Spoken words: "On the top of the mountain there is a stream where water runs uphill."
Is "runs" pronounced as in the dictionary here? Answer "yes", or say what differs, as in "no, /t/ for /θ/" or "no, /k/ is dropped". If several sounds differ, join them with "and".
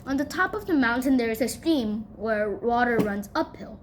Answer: yes